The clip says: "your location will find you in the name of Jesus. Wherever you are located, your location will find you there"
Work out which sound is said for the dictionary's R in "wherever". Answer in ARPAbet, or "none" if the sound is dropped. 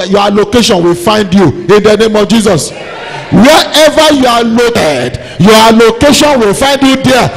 none